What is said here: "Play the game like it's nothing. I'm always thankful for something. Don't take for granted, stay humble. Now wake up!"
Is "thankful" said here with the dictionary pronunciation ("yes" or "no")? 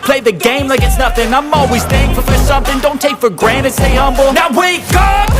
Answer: no